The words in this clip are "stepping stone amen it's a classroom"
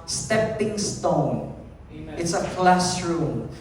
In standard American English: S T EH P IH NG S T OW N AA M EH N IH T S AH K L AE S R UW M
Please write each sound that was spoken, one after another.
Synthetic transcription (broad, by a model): S T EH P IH NG S T OW AA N IH T S AH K L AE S R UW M